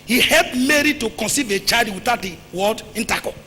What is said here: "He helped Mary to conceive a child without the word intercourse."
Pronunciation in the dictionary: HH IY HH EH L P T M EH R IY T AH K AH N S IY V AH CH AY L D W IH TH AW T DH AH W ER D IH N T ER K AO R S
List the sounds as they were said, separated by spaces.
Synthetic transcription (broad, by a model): HH IY HH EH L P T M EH R IY T AH K AH N S IY V AH CH AY L D W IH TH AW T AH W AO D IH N T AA K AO